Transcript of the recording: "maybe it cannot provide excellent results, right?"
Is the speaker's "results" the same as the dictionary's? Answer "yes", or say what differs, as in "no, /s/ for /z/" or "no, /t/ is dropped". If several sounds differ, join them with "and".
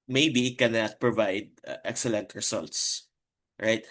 no, /s/ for /z/